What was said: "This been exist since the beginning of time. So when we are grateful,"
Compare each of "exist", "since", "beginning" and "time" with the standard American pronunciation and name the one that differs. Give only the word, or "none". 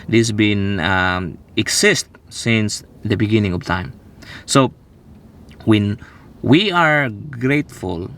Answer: exist